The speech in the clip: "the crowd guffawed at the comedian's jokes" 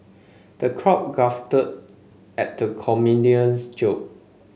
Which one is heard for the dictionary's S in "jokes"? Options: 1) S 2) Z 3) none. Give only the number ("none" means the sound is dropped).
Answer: 3